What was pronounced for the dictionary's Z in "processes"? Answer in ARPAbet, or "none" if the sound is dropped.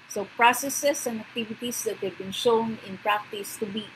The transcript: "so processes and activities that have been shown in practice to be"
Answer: S